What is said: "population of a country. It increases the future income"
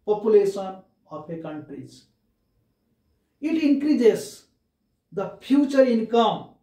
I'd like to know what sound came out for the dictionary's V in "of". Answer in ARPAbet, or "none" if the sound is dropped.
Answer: P